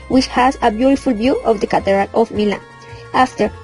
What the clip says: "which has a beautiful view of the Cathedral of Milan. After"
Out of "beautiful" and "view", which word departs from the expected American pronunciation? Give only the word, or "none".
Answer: view